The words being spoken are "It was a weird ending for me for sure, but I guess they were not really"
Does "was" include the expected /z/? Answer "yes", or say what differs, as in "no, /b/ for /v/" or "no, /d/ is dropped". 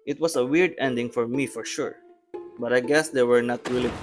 no, /s/ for /z/